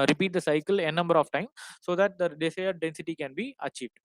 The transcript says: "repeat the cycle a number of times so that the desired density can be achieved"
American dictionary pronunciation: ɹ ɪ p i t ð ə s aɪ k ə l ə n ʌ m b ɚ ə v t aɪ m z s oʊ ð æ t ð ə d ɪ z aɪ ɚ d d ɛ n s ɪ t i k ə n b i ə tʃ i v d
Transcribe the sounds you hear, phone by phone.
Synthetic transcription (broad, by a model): ɹ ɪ p i t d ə s aɪ k ə l ə n ʌ m b ɚ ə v t aɪ m s oʊ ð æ t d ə d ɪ s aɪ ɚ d d ɛ n s ɪ t i k ə n b i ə tʃ i v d